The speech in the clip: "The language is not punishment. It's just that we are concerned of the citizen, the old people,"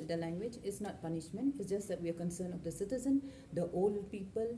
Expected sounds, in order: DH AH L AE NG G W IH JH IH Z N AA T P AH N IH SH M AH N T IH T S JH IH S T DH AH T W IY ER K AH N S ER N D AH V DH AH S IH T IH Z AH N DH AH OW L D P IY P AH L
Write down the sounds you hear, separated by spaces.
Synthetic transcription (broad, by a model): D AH L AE NG G W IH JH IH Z N AA T P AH N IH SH M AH N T IH T S JH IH S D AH T W IY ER K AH N S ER N AH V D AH S IH T IH Z AH N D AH OW L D P IY P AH L